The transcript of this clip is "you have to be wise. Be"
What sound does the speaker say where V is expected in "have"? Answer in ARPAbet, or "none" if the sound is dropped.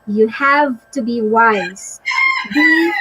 V